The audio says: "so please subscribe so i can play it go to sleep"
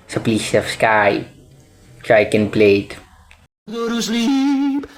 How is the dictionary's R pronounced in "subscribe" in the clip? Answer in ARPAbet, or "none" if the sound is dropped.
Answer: none